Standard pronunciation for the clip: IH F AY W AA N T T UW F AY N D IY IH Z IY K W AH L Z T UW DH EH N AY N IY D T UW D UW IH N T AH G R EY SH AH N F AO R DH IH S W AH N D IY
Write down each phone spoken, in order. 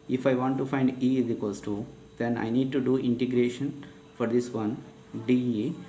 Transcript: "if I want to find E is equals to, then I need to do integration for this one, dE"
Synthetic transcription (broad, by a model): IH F AY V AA N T T UW F AY N D IY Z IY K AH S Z T UW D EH N AY N IY D T UW D UW IH N T AH G R EY SH AH N F AO R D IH S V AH N D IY